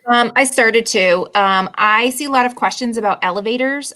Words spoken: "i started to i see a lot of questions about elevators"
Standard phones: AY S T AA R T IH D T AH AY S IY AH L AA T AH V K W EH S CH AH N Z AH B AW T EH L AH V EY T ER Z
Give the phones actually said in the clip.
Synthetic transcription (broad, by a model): AY S T AA R T IH D T AH AY S IY AH L AA T AH V K W EH S CH AH N Z AH B AW T EH L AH V EY T ER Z